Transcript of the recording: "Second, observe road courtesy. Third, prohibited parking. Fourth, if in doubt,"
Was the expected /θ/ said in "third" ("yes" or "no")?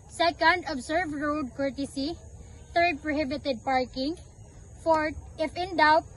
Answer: no